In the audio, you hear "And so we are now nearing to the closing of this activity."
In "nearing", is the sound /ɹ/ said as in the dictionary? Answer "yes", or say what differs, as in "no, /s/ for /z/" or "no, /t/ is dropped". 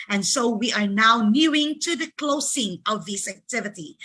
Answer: no, /ɹ/ is dropped